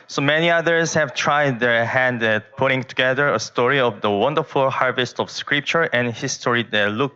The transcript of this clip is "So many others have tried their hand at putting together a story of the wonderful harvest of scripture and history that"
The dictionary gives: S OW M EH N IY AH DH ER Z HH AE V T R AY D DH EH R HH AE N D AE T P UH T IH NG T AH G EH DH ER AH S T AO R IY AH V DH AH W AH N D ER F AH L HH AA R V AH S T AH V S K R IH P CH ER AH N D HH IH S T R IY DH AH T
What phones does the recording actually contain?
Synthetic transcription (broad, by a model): S OW M EH N IY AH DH ER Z HH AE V T R AY D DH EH R HH AE N D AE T P UH T IH NG T AH G EH DH ER AH S T AO R IY AH V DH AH W AH N D ER F AH L HH AA R V AH S T AH V S K R IH P CH ER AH N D HH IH S T R IY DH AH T